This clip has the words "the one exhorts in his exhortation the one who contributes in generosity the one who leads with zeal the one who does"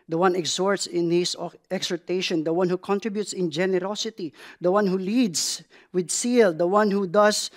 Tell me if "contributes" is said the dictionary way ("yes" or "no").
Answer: yes